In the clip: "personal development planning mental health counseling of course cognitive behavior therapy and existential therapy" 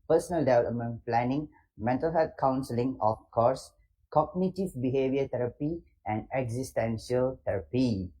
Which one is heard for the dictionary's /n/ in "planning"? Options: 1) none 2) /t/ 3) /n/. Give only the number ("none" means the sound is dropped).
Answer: 3